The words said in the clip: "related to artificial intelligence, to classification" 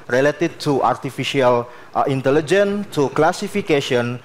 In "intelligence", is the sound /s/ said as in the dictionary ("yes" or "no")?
no